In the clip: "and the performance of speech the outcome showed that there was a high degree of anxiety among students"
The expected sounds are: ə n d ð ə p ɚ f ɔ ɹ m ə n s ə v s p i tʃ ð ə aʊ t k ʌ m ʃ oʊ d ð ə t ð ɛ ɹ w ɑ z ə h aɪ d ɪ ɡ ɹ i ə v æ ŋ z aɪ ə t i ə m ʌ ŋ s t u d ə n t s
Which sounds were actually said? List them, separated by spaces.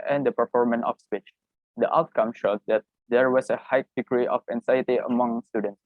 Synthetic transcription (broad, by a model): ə n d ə p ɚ f ɔ ɹ m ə n ə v s p i tʃ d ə aʊ t k ʌ m ʃ oʊ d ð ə t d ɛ ɹ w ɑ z ə h aɪ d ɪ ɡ ɹ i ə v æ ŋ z aɪ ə t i ə m ʌ ŋ s t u d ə n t s